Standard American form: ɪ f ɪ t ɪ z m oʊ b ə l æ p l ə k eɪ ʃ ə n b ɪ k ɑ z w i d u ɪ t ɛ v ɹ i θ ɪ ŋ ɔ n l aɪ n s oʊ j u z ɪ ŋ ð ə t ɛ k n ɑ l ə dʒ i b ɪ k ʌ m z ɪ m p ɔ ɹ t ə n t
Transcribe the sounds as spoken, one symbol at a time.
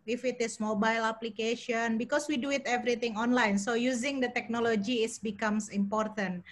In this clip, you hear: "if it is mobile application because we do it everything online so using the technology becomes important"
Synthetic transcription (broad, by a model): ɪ f ɪ t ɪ s m oʊ b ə l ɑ p l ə k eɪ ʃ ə n b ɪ k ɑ s w i d u ɪ t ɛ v ɹ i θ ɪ ŋ ɔ n l aɪ n s oʊ j u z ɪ ŋ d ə t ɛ k n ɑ l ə dʒ i b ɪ k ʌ m s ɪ m p ɔ ɹ t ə n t